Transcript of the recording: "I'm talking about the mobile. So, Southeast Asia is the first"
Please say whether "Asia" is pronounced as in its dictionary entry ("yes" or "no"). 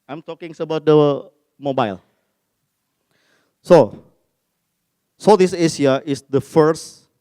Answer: no